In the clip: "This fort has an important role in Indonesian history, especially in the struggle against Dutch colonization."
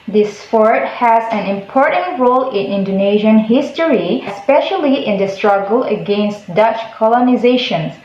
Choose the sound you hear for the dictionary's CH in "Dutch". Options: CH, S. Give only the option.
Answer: CH